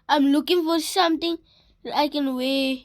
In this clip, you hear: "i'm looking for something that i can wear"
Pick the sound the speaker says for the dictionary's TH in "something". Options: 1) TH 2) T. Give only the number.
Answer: 2